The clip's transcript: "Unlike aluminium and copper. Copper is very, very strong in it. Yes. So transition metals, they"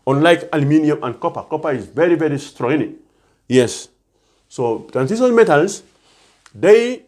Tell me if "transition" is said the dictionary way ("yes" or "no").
no